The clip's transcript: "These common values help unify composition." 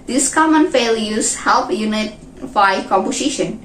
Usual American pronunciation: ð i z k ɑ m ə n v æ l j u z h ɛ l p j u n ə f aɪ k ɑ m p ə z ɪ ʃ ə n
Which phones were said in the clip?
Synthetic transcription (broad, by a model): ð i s k ɑ m ə n f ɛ l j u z h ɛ l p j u n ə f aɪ k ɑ m p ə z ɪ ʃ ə n